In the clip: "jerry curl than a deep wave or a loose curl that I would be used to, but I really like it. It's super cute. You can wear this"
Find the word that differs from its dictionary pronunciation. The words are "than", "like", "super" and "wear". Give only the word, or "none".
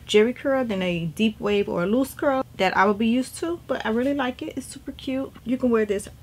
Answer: none